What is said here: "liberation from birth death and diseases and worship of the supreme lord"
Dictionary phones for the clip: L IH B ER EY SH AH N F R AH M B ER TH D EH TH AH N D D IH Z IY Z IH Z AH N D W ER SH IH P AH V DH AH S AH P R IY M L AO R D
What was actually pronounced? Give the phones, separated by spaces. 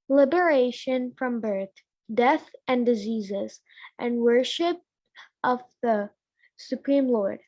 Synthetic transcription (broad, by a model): L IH B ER EY SH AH N F R AH M B ER TH D EH TH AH N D D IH Z IY Z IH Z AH N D W ER SH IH P AH V DH AH S AH P R IY M L AO R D